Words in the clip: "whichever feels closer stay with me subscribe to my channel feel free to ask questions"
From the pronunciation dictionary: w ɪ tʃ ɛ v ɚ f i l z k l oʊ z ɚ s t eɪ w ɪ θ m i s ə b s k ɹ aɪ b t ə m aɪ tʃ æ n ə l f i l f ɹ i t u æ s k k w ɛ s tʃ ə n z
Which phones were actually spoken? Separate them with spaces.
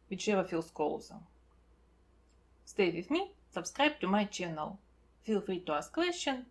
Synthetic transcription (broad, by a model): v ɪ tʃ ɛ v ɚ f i l s k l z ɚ s t eɪ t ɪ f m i s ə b s k ɹ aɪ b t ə m aɪ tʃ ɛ n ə l f i l f ɹ i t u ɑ s k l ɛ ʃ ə n